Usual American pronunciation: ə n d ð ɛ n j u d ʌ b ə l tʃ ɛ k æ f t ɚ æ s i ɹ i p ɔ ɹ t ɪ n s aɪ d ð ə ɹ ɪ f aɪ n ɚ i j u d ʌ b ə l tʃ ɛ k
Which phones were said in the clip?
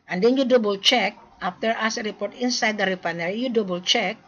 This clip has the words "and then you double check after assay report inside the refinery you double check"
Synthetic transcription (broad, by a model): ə n d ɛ n j u d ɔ b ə l tʃ ɛ k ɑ f t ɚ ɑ s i ɹ i p ɔ ɹ t ɪ n s aɪ d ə ɹ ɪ p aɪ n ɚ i j u d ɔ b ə l tʃ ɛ k